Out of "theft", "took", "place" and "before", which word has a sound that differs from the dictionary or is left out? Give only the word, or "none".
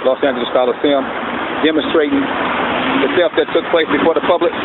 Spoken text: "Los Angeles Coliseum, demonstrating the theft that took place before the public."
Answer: theft